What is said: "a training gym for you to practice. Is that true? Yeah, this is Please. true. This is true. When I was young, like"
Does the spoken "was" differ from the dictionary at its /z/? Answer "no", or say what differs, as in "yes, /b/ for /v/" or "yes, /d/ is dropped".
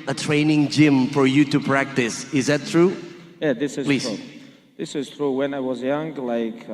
no